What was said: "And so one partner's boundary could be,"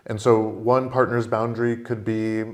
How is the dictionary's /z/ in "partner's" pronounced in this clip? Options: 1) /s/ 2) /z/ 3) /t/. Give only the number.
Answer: 2